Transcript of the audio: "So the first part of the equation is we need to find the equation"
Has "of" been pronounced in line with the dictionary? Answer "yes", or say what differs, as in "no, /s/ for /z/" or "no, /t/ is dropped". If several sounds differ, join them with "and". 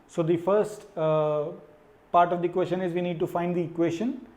yes